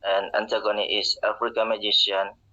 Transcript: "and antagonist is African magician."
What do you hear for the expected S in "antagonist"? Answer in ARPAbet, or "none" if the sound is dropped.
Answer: none